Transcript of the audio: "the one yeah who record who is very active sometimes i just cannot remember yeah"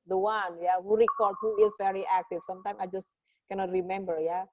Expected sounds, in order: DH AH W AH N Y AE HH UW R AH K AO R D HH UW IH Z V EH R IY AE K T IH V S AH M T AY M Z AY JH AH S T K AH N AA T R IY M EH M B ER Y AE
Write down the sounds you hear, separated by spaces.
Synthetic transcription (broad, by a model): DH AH W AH N Y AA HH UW R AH K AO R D HH UW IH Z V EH R IY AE K T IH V S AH M T AY M AY JH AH S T K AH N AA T R IY M EH M B ER Y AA